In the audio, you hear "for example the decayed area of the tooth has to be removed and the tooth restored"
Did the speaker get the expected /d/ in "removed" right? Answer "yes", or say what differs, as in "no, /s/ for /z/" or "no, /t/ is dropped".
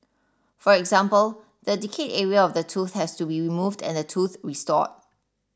yes